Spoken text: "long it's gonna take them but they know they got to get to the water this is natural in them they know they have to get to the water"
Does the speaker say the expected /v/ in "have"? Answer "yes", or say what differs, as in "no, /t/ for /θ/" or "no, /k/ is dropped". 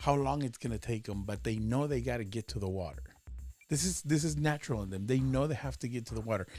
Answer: no, /f/ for /v/